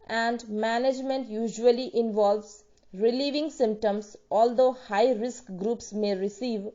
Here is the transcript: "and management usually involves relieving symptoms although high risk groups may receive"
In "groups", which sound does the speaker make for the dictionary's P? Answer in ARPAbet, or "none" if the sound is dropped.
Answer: P